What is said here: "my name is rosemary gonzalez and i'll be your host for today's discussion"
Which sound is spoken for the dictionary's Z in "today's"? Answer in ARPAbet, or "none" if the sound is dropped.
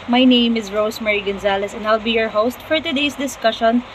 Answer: S